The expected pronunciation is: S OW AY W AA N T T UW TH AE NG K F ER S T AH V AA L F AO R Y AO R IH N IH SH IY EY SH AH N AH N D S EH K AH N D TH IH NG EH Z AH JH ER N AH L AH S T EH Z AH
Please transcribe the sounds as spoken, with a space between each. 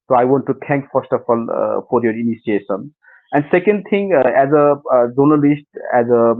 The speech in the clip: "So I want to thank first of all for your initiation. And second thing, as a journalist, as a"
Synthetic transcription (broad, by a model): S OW AY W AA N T T UW T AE NG K F ER S T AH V AA L F AO R Y AO R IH N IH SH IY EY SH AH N AH N D S EH K AH N D T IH NG EH Z AH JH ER N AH L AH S T EH Z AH